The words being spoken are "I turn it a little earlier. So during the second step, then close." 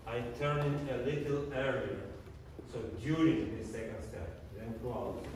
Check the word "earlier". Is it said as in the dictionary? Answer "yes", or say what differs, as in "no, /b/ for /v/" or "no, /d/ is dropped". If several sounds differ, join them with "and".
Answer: no, /l/ is dropped